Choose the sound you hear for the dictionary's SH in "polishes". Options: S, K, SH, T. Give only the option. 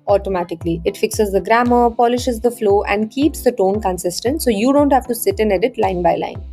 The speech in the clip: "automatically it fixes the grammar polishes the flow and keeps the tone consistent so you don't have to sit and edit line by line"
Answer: SH